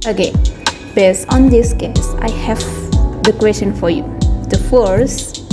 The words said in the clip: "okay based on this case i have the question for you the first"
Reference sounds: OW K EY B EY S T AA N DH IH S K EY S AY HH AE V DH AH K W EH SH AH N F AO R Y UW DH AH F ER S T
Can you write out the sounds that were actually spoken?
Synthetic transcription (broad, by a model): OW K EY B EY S AA N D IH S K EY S AY HH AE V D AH K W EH S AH N F AO R Y UW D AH F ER S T